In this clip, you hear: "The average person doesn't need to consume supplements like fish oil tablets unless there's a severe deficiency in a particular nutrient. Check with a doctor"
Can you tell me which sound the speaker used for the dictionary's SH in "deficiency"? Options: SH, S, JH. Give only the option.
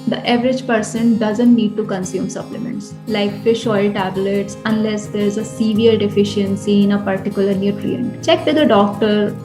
SH